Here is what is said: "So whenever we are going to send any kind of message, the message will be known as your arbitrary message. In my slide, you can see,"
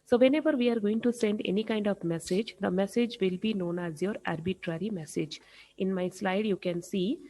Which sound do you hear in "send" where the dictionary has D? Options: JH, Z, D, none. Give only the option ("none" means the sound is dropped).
D